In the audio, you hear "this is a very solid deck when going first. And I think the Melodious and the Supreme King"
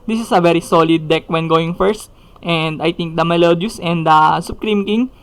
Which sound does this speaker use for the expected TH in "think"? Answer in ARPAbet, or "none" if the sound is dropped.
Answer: T